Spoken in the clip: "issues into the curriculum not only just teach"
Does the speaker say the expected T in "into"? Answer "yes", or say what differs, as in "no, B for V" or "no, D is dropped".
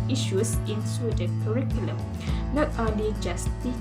no, S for T